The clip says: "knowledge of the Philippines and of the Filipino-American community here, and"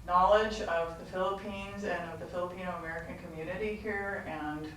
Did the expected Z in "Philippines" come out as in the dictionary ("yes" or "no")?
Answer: yes